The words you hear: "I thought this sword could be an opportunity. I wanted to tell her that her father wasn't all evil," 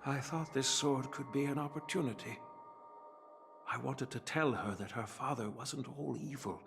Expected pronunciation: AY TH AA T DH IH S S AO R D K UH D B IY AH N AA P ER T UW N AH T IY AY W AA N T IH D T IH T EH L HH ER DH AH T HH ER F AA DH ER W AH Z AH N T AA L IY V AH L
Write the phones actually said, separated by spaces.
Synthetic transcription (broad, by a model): AY TH AA T DH IH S S AO R D K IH D B IY AH N AA P ER T UW N AH T IY AY W AA N T IH D T IH T EH L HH ER DH AH T HH ER F AA DH ER W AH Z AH N T AA L IY V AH L